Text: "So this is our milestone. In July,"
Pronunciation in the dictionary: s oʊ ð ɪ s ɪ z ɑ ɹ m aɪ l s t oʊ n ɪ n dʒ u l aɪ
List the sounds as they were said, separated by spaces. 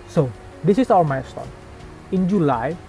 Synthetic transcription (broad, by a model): s oʊ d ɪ s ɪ s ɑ m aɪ s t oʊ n ɪ n dʒ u l aɪ